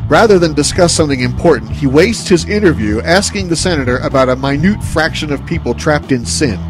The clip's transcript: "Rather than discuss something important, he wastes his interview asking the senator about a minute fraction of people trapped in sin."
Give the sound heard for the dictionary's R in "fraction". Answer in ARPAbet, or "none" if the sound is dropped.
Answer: R